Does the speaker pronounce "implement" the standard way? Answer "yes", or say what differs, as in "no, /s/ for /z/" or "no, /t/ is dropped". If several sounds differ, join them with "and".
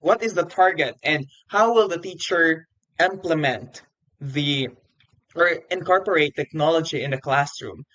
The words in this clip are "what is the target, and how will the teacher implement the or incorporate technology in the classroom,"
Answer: yes